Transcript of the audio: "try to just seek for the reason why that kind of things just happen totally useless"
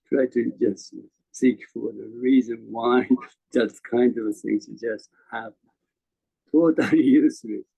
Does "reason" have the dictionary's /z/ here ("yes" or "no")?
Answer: yes